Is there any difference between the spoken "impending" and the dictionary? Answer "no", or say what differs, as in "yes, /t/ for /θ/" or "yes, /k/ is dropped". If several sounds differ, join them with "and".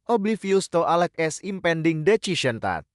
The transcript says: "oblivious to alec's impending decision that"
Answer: no